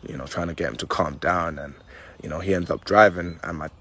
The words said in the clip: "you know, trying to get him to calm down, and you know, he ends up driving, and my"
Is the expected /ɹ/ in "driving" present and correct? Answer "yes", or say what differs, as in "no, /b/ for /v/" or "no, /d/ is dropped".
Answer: yes